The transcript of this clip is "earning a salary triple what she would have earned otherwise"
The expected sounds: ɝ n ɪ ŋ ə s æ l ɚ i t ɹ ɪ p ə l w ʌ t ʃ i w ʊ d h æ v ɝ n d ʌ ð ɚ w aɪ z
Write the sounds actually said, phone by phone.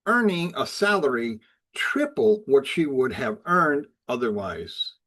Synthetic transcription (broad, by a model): ɝ n ɪ ŋ ə s æ l ɚ i t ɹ ɪ p l w ʌ t ʃ i w ʊ d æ v ɝ n d ʌ ð ɚ w aɪ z